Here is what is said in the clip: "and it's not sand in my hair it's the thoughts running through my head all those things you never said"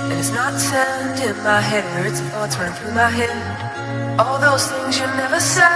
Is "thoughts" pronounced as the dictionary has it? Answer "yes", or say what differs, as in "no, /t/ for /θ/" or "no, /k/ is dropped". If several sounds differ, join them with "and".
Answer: no, /t/ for /θ/